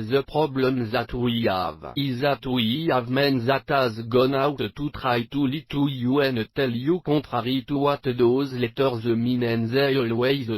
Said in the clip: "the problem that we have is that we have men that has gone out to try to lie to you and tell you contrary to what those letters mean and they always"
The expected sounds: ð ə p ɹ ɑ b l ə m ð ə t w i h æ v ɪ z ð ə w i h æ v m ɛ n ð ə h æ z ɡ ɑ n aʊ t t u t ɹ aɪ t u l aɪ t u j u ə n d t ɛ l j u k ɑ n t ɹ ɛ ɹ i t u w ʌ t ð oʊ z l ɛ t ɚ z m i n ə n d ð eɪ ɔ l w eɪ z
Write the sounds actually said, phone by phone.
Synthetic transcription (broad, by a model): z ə p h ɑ b l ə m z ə t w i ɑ v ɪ z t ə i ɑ v m ɛ n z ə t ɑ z ɡ ɑ n aʊ t t u t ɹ aɪ t u l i t u j u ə n t ɛ l j u k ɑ t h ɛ ɹ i t u w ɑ t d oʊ z l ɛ t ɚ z m i n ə n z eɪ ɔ l w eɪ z